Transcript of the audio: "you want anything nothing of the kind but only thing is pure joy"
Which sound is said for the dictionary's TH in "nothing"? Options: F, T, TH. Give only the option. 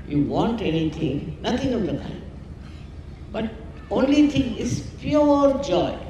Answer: T